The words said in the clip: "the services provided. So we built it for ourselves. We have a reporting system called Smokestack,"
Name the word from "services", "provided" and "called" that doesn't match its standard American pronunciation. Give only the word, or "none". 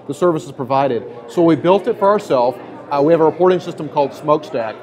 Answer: none